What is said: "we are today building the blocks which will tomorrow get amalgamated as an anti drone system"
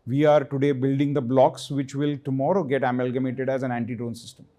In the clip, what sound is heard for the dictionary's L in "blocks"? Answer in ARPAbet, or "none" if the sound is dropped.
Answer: L